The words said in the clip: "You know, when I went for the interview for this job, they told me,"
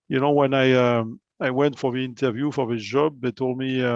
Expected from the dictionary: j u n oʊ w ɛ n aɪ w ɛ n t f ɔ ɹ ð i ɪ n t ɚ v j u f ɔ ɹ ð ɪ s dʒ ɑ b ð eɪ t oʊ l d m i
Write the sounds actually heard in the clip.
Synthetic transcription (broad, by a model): j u n oʊ w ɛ n aɪ w ɛ n t f ɔ ɹ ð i ɪ n t ɚ v j u f ɔ ɹ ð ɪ dʒ ɑ b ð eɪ t oʊ l d m i